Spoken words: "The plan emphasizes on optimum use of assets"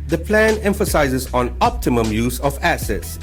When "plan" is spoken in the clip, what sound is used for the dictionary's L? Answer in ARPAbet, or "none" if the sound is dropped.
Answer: L